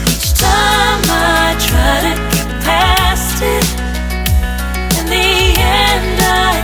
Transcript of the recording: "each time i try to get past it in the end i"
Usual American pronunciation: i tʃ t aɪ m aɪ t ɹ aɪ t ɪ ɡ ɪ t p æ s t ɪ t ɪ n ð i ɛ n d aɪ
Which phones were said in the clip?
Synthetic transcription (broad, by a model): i tʃ t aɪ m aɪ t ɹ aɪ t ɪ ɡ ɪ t p æ s t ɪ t ɪ n ð i ɛ n d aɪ